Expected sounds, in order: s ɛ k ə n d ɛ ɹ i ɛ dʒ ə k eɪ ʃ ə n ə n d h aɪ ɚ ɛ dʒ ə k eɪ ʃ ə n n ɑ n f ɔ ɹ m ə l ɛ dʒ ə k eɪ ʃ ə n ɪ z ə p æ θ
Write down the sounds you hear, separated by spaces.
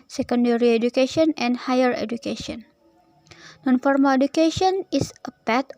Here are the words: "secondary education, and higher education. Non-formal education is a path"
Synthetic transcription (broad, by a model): s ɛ k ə n d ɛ ɹ i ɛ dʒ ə k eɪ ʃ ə n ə n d h aɪ ɚ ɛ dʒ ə k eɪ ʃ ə n n ɑ n f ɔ ɹ m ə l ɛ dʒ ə k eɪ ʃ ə n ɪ s ə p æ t